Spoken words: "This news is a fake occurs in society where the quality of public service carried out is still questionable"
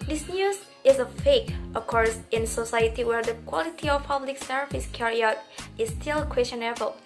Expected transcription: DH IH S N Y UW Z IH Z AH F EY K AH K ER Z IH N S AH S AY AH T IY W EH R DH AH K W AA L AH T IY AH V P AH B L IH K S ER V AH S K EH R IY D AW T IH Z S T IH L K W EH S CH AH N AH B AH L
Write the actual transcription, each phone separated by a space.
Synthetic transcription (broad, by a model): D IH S N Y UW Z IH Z AH F EY K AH K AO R IH N S AH S AY AH T IY W EH R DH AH K W AA L AH T IY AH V P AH B L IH K S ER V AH S K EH R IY AW T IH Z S T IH L K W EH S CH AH N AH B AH L